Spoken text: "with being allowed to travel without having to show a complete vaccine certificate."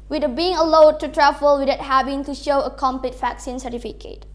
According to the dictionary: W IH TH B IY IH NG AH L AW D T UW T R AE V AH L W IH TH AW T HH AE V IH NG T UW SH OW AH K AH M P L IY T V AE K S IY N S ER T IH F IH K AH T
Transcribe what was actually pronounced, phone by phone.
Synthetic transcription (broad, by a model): W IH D B IY IH NG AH L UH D T UW T R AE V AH L W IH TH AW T HH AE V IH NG T UW SH OW AH K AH M P L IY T V AE K S IY N S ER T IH F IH K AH T